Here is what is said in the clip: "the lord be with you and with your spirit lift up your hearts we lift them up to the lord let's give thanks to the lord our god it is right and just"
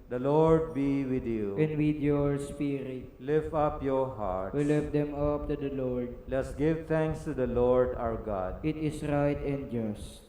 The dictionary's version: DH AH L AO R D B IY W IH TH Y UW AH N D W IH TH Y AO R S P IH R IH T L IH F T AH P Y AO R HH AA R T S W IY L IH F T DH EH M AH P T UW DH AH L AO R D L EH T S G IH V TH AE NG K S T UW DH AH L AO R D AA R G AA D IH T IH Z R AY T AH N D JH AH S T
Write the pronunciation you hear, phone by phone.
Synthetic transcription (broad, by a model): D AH L AO R D B IY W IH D Y UW AH N D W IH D Y AO R S P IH R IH T L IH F AH P Y AO R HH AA R T W IY L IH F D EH M AH P T UW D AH L AO R D L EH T S G IH V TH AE NG K S T UW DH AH L AO R D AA W G AA D IH T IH S R AY T AH N D JH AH S T